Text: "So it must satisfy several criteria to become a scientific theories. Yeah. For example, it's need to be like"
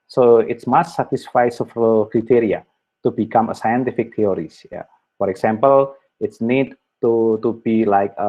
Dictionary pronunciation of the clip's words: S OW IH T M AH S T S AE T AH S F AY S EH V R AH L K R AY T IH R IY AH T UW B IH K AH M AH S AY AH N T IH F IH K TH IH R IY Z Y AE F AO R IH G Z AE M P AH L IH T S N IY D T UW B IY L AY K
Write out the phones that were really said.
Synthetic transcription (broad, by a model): S OW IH T M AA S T S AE T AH S F AY S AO F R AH K R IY T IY R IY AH T UW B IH K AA M AH S AY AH N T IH F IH K T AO R IY S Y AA F AO R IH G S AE M P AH L IH T S N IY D T UW B IY L AY K